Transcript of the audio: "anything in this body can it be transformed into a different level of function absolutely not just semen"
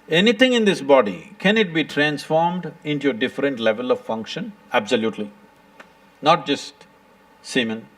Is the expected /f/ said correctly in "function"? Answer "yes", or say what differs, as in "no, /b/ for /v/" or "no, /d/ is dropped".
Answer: yes